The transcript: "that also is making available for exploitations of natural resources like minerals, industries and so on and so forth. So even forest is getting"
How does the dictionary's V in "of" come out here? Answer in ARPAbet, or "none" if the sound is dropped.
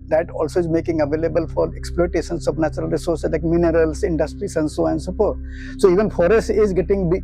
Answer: P